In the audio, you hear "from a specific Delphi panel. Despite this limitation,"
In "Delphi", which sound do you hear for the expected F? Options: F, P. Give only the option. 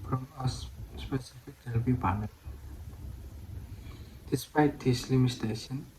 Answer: P